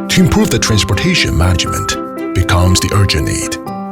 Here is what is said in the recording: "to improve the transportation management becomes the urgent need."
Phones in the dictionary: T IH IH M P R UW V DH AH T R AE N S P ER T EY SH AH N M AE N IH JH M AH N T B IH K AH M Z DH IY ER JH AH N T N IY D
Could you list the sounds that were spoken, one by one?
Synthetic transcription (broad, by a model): T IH IH M P R UW V DH AH T R AE N S P ER T EY SH AH N M AE N IH JH M AH N T B IH K AH M Z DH IY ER JH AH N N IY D